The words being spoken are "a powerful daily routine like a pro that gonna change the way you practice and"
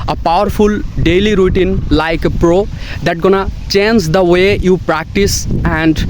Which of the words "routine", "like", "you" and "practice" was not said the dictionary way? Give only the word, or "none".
none